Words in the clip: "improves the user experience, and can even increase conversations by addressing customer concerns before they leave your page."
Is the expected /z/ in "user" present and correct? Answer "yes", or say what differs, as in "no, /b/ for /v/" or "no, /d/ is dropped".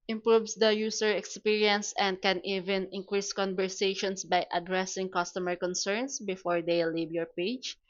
no, /s/ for /z/